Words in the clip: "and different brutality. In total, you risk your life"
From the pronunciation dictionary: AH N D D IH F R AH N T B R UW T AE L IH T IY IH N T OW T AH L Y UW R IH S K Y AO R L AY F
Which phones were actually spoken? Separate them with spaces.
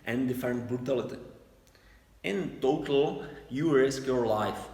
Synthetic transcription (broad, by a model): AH N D D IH F AH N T B R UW T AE L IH T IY IH N T OW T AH L Y UW R IH S K Y AO R L AY F